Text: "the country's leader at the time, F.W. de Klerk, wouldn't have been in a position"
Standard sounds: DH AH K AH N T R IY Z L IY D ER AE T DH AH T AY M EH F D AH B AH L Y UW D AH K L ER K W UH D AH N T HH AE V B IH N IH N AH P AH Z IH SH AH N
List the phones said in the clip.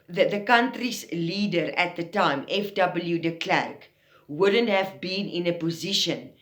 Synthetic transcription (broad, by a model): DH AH K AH N T R IY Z L IY D ER AE T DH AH T AY M EH F D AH B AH L Y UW D AH K L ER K W UH D AH N T HH AE V B IH N IH N AH P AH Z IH SH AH N